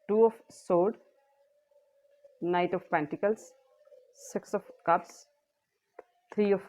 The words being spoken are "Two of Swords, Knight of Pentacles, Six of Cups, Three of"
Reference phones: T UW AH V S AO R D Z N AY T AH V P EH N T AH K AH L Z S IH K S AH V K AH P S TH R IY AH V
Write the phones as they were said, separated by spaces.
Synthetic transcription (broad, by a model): T UW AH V S AO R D N AY T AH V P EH N T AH K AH L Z S IH K S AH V K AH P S T R IY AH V